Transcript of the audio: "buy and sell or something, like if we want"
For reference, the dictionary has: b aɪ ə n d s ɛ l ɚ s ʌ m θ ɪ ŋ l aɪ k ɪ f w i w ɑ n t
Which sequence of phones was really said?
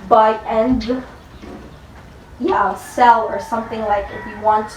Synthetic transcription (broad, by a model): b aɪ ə n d s ɛ l ɚ s ʌ m θ ɪ ŋ l aɪ k ɪ f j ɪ w ɑ n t